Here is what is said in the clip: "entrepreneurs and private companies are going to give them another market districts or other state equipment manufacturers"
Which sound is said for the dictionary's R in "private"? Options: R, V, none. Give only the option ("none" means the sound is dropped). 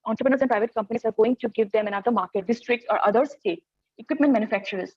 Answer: R